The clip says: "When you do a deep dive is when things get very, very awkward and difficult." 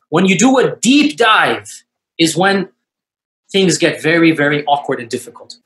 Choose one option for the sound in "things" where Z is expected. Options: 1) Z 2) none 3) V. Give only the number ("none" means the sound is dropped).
1